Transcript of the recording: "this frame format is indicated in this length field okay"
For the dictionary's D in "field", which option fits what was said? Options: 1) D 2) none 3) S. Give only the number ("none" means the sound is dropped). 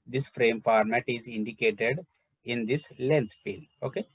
2